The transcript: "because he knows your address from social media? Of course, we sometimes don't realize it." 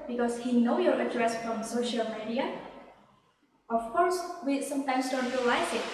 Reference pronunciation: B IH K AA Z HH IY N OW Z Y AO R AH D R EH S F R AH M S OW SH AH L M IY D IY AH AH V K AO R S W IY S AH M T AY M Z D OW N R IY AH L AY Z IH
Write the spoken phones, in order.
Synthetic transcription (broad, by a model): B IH K AA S HH IY N OW Y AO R AH D R EH S F R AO M S OW SH AH L M IY D IY AH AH F K AO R S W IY S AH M T AY M S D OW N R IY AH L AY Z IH